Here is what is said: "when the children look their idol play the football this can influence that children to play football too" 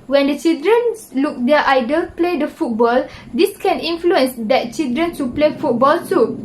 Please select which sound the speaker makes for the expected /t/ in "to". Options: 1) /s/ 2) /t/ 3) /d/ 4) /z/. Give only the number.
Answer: 1